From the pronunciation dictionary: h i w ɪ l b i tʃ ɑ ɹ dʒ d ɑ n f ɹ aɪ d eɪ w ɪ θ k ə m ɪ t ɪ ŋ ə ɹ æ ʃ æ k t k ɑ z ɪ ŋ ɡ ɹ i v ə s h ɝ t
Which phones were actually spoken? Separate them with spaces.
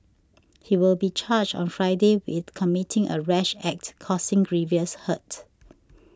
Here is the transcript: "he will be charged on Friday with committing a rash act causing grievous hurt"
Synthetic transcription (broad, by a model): h i w ɪ l b i tʃ ɑ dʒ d ɑ n f ɹ aɪ d eɪ w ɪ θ k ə m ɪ t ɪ ŋ ə ɹ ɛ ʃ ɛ k t k ɑ s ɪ ŋ ɡ ɹ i v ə s h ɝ t